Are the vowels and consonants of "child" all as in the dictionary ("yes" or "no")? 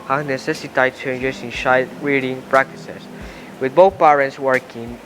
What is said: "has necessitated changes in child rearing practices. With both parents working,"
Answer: no